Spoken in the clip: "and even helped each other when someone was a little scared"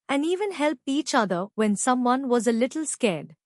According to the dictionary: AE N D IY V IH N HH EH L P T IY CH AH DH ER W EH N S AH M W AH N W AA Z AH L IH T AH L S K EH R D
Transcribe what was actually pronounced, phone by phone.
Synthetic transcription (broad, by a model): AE N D IY V IH N HH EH L P IY CH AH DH ER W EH N S AH M W AH N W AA Z AH L IH T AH L S K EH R D